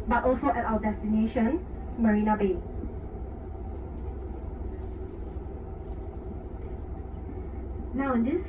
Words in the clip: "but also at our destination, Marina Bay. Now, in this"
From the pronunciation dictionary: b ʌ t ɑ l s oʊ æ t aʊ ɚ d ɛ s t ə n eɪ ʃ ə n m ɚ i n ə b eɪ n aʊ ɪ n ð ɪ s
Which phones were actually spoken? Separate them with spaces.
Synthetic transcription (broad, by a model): b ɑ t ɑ l s oʊ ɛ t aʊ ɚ d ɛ s t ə n eɪ ʃ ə n m ɚ i n ə b eɪ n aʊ ɪ n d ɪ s